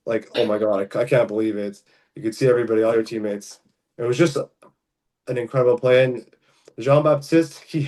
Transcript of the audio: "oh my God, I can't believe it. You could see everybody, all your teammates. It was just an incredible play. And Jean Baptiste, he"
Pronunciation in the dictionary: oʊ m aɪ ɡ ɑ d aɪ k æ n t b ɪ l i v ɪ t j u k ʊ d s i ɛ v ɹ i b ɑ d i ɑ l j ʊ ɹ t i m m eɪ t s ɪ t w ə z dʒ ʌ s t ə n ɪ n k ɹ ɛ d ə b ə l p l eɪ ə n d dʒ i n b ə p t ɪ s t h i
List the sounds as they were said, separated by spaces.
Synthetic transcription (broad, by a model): oʊ m aɪ ɡ ɑ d aɪ k æ n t b ɪ l i v ɪ t j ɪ k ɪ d s i ɛ v ɹ i b ɑ d i ɑ l j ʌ ɹ t i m m eɪ t s ɪ t w ə z dʒ ʌ s t ə n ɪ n k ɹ ɛ d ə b l p l eɪ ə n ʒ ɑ n b ə p t ɪ s t h i